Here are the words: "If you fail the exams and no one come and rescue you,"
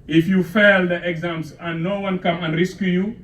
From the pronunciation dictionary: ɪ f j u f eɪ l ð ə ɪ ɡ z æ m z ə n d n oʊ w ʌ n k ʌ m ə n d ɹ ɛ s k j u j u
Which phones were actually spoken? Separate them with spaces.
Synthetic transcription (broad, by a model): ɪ f j u f eɪ l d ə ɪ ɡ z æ m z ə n n oʊ w ʌ n k ʌ m ə n d ɹ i s k j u j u